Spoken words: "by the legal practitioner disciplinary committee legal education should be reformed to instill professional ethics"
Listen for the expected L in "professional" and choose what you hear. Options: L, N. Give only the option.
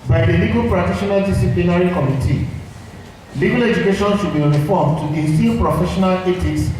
L